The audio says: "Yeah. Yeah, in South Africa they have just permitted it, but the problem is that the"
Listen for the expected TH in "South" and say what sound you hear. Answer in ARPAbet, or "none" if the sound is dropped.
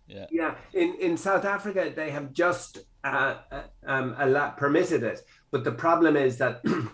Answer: TH